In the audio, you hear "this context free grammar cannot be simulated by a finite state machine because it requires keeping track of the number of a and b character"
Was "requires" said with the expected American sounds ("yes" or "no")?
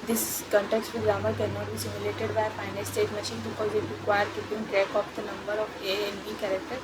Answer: no